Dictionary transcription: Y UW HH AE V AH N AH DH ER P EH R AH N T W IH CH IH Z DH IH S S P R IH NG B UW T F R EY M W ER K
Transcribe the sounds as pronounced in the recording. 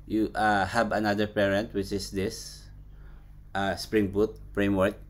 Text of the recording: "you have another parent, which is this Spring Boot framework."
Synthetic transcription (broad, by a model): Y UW HH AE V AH N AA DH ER P EH R AH N T W IH CH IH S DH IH S S P R IH NG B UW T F R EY M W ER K